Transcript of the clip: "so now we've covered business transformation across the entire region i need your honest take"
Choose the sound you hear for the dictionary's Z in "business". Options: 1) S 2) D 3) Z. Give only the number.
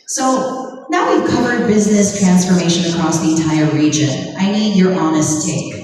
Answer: 3